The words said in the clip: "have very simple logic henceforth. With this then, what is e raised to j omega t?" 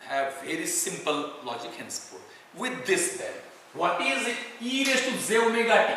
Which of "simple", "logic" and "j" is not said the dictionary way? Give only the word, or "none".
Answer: j